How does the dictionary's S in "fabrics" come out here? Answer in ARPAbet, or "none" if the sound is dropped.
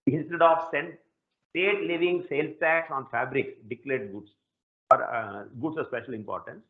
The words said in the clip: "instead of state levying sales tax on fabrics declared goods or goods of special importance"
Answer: none